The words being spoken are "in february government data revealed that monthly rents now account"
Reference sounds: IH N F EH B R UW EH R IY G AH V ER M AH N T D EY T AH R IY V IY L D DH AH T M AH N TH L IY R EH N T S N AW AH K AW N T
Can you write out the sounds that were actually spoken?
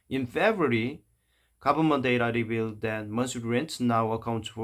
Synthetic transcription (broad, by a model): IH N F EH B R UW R IY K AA B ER M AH N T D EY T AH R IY B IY L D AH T M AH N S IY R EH N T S N AW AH K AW N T